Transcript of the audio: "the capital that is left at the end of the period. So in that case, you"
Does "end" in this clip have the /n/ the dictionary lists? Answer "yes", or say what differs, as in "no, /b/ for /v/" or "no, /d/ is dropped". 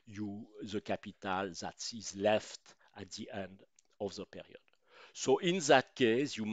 yes